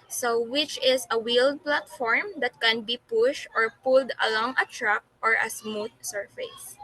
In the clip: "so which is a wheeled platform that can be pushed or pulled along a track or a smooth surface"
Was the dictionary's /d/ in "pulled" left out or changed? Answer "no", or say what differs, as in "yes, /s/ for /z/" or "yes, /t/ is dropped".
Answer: no